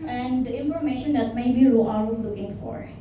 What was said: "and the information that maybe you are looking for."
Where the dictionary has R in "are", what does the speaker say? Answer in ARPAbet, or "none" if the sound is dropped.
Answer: L